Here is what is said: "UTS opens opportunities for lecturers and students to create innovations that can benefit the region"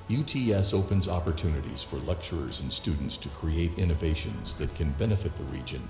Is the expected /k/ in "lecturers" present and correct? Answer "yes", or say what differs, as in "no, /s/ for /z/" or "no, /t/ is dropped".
yes